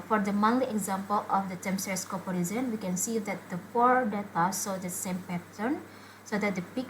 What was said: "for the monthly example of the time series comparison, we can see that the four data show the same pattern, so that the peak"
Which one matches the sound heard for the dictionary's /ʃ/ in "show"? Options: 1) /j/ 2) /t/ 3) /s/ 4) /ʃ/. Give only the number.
3